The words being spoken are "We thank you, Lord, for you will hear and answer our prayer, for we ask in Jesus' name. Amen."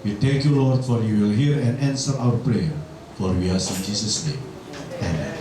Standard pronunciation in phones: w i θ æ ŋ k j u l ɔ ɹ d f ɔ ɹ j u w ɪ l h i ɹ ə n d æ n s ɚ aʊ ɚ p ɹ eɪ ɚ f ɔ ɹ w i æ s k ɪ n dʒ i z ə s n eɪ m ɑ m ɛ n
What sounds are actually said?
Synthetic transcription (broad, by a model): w i t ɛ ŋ k j u l ɔ ɹ d f ɔ ɹ j u w ɪ l h i ɹ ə n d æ n s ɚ aʊ ɚ p ɹ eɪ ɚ f ɔ ɹ w i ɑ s ɪ n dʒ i s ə s n eɪ m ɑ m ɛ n